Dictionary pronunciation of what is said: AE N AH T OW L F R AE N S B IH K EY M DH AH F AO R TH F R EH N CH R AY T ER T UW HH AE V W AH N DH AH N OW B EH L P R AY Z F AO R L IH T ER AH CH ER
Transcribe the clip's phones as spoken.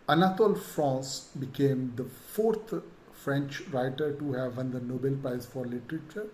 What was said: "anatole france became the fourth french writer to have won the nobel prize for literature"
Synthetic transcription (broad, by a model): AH N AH T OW L F R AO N S B IH K EY M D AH F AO R T F R EH N CH R AY T ER T UW HH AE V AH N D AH N OW B EH L P R AY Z F AO R L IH T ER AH CH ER